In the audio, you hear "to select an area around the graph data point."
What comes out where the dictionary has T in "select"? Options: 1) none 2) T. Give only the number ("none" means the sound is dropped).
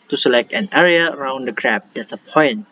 2